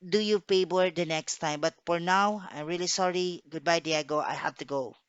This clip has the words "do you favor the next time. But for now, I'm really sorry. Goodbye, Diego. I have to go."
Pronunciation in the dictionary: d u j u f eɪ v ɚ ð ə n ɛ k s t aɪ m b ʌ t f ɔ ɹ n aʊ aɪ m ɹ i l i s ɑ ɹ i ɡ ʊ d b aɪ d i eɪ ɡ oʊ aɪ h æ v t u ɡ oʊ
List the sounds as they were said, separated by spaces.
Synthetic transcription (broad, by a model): d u j u p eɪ b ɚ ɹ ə n ɛ k s t aɪ m b ʌ t f ɔ ɹ n aʊ aɪ m ɹ i l i s ɑ ɹ i ɡ ʊ d b aɪ d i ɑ ɡ oʊ aɪ h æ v t u ɡ oʊ